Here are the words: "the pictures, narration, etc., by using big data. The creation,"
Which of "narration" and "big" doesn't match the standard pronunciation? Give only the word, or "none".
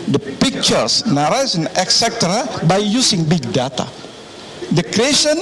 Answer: narration